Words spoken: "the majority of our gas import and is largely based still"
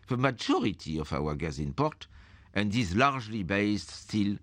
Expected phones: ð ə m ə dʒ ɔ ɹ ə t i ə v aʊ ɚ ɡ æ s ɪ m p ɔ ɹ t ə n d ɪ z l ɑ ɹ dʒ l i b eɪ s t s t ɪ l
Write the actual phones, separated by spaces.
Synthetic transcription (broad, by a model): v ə m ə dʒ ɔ ɹ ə t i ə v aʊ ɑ ɡ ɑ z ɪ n p ɔ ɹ t ə n d ɪ z l ɑ ɹ ʒ l i b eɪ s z s t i l